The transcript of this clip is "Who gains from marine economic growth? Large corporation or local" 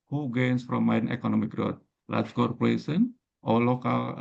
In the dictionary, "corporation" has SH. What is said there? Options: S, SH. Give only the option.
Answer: S